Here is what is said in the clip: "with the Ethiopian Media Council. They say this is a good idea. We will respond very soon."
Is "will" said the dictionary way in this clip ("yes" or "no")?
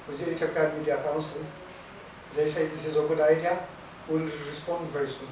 no